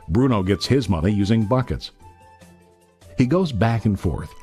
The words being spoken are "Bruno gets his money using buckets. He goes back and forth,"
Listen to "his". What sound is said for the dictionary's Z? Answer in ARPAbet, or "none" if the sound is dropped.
Z